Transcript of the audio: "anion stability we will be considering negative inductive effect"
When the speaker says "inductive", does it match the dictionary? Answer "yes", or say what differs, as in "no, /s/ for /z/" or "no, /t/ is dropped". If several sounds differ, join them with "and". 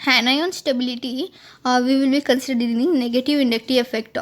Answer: no, /v/ is dropped